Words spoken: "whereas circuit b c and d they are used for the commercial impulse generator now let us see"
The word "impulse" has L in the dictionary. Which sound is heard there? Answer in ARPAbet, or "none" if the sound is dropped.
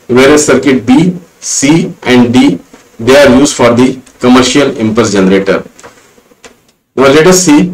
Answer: none